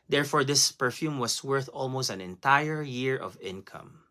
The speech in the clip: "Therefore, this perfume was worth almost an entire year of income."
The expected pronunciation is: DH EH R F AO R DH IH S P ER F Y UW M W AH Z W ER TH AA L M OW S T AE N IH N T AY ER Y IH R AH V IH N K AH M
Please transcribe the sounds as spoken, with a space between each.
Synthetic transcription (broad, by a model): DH EH R F AO R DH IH S P ER F Y UW M W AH S W ER TH AA L M OW S T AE N IH N T AY ER Y IH R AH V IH N K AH M